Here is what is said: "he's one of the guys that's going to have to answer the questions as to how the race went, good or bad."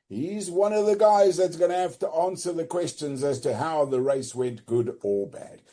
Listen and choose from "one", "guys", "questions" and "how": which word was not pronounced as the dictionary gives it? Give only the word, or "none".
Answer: none